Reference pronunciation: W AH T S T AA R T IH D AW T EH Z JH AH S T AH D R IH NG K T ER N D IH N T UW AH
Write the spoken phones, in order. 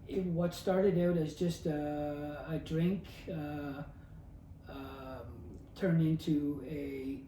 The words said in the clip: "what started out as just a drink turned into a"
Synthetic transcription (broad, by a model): W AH T S T AA R T IH D AW T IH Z JH AH S T AH D R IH NG K T ER N IH N T UW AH